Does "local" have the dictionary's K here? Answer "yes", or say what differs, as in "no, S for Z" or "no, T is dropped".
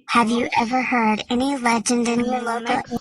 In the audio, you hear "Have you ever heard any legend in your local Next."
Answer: no, K is dropped